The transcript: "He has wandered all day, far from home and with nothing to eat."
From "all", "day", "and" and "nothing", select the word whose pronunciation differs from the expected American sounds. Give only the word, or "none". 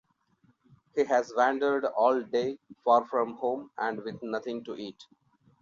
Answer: nothing